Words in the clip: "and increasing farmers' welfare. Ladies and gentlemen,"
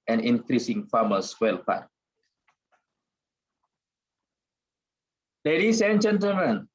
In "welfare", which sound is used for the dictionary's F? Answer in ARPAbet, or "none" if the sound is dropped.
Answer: P